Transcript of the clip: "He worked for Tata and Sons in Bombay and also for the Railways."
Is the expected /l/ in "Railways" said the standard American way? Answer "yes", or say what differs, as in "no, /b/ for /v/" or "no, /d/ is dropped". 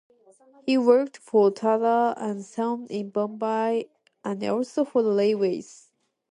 no, /l/ is dropped